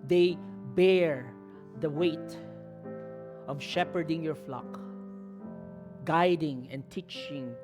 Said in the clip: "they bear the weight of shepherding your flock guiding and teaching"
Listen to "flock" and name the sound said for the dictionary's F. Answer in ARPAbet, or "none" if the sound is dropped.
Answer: F